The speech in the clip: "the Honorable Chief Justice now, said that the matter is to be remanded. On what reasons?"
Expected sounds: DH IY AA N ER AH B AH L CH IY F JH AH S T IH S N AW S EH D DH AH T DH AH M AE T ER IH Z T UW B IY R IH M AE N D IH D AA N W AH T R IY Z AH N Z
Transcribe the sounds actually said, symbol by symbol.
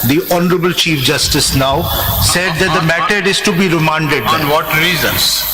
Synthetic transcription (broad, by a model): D IY AA N ER AH B AH L CH IY F JH AH S T IH S N AW S EH D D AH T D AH M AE T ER IH Z T UW B IY R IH M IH N D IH D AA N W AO T R IY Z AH N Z